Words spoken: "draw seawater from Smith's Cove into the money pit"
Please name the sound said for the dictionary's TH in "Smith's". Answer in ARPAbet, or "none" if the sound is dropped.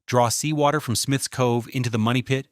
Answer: TH